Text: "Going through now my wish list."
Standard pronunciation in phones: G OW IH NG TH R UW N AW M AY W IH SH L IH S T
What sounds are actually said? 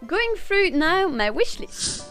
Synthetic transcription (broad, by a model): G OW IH NG F R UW N AW M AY W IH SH L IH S